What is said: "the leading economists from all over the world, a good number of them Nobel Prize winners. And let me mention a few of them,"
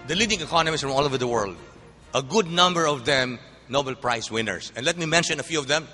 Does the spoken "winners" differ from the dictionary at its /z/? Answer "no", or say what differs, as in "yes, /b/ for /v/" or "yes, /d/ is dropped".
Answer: yes, /s/ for /z/